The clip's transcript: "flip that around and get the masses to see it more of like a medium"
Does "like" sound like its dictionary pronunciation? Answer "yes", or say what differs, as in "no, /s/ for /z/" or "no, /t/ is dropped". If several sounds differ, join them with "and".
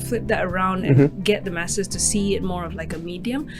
yes